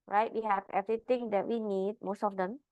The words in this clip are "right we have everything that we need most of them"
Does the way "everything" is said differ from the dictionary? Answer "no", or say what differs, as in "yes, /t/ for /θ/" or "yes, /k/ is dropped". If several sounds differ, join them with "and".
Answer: yes, /t/ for /θ/